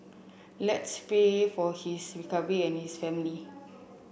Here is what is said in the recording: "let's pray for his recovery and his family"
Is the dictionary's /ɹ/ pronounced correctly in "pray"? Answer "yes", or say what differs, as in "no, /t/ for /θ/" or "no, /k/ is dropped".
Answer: no, /ɹ/ is dropped